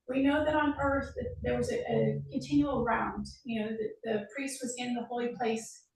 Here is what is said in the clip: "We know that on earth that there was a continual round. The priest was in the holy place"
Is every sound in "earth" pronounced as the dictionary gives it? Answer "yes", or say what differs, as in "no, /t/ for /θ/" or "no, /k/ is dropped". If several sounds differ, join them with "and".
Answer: yes